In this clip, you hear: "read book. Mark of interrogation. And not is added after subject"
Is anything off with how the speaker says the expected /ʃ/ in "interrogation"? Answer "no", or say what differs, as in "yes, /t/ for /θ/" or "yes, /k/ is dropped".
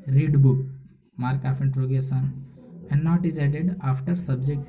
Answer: yes, /s/ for /ʃ/